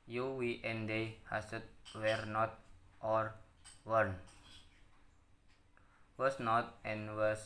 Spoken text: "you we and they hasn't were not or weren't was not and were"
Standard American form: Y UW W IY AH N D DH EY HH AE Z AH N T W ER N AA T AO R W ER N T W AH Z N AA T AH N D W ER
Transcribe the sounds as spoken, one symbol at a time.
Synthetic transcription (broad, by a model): Y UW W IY AH N D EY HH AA S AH T W ER N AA T AO R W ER N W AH S N AA T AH N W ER